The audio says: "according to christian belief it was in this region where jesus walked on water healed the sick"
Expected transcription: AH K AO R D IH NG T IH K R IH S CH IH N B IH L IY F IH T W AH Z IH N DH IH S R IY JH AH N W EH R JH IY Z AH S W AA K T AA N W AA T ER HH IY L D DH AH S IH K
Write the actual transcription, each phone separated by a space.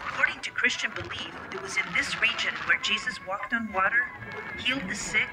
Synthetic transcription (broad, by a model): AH K AO R D IH NG T IH K R IH S CH IH N B IH L IY F IH T W AH Z IH N DH IH S R IY JH AH N W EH R JH IY Z AH S W AA K T N W AA T ER HH IY L D DH AH S IH K